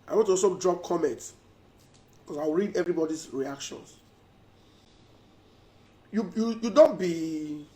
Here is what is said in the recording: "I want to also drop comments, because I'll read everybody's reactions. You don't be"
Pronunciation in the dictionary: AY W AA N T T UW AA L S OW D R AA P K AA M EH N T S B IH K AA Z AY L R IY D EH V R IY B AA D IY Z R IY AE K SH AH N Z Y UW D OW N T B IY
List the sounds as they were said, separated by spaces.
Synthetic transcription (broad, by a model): AY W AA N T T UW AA S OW D R AA P K AA M EH N T S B K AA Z AY W R IY D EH V R IY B AA D IY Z R IY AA K SH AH N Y Y UW D OW N T B IY